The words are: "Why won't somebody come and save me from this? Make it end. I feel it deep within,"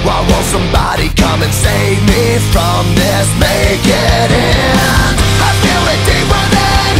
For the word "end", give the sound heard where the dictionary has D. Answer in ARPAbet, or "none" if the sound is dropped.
none